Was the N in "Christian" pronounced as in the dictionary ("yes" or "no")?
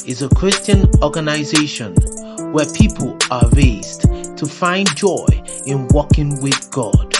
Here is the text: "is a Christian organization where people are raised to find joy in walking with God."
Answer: yes